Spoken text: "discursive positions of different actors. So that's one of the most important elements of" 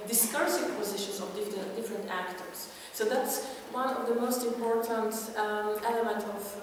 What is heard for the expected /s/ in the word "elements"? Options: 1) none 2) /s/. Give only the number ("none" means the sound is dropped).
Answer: 1